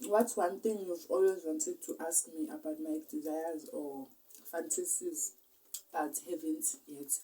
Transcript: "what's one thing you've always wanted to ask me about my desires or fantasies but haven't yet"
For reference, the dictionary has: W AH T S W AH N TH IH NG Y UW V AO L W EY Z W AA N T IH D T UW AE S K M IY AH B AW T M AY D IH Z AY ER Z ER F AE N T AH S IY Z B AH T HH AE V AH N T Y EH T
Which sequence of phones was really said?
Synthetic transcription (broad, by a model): W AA T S W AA N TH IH NG Y UW V AO L W EY Z W AA N T IH D T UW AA S K M IY AH B AW T M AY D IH Z AY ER Z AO F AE N T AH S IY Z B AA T HH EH V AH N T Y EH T